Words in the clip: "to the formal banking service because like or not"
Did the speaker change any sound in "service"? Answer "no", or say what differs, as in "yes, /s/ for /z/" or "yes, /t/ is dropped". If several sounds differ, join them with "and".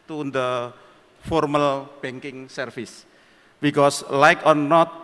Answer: yes, /f/ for /v/